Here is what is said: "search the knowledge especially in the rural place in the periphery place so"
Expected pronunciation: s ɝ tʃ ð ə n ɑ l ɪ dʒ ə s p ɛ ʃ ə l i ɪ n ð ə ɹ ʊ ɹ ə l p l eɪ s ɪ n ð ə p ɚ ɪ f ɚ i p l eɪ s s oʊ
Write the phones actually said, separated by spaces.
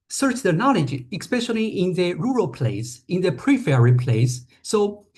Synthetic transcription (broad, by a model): s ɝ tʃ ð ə n ɑ l ɪ dʒ ə s p ɛ ʃ ə l i ɪ n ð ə ɹ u ɹ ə l p l eɪ s ɪ n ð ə p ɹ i f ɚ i p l eɪ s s oʊ